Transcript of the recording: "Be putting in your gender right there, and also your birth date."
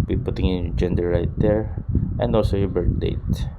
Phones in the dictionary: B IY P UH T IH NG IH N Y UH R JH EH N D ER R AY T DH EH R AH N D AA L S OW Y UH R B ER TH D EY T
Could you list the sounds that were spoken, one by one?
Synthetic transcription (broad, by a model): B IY P UH T IH NG IH N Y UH JH EH N D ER R AY T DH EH R AH N D AA L S OW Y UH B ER T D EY T